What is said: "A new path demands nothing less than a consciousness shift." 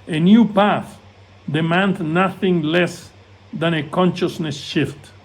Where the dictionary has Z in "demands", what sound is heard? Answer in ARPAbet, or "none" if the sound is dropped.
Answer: none